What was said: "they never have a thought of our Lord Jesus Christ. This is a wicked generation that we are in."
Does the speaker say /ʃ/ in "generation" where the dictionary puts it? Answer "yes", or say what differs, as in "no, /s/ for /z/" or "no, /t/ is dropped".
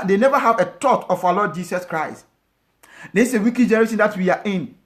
no, /s/ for /ʃ/